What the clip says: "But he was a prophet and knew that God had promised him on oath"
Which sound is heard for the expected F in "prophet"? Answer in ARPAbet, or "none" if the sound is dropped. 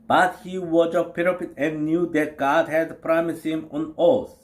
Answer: P